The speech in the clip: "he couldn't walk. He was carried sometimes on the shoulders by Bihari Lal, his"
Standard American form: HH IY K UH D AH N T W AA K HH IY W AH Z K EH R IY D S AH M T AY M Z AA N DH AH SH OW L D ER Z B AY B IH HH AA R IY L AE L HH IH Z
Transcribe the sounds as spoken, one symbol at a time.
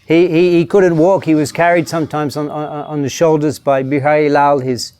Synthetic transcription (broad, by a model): HH IY K UH D N T W AA K HH IY W AH Z K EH R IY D S AH M T AY M Z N N DH AH SH OW L D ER Z B AY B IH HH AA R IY L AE L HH IH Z